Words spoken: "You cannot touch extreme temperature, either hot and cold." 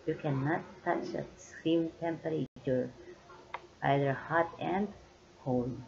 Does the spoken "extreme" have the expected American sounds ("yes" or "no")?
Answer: no